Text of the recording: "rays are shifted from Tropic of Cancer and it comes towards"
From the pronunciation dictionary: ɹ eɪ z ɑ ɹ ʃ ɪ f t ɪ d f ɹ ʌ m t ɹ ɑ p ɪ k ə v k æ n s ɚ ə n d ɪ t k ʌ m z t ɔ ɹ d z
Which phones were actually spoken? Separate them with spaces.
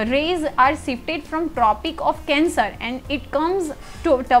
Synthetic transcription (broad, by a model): ɹ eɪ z ɑ ɹ s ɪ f t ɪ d f ɹ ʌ m t ɹ ɑ p ɪ k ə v k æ n s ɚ ə n d ɪ t k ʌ m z t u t